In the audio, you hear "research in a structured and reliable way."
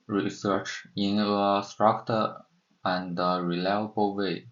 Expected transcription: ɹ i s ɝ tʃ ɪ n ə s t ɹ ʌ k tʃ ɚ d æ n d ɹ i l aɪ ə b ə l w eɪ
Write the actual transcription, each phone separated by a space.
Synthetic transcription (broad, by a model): ɹ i s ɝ tʃ ɪ n ə s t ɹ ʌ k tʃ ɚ æ n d ɹ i l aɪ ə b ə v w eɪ